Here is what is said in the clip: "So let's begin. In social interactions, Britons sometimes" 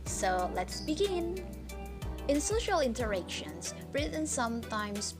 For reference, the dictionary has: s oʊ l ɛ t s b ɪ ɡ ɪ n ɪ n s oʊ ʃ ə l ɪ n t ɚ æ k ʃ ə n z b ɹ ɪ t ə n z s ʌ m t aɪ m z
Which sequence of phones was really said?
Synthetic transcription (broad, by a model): s oʊ l ɛ t s b ɪ ɡ ɪ n ɪ n s oʊ ʃ ə l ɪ n t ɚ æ k ʃ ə n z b ɹ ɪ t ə n s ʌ m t aɪ m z